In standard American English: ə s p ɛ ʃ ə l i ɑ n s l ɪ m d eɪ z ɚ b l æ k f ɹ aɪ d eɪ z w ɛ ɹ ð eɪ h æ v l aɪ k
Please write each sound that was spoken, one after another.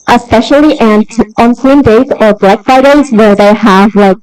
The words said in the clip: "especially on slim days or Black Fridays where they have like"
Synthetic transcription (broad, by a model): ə s p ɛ ʃ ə l i ɑ n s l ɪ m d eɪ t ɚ b l æ k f aɪ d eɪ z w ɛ ɹ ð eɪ h æ v l aɪ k